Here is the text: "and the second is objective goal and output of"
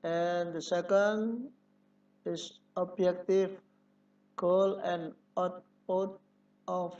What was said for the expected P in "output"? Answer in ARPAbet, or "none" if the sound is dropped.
none